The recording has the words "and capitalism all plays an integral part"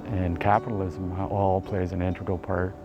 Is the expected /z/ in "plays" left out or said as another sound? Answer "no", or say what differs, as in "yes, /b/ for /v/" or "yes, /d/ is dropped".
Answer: no